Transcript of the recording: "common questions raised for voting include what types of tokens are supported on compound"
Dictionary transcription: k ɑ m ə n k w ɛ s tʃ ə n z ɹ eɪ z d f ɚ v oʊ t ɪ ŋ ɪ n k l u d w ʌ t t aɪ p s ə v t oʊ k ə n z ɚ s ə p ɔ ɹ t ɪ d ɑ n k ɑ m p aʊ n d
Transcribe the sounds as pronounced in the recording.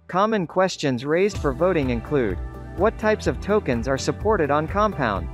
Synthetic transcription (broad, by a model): k ɑ m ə n k w ɛ s tʃ ə n z ɹ eɪ z d f ɚ v oʊ t ɪ ŋ ɪ n k l u d w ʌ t t aɪ p s ə v t oʊ k ə n z ɚ s ə p ɔ ɹ t ɪ d n k ɑ m p aʊ n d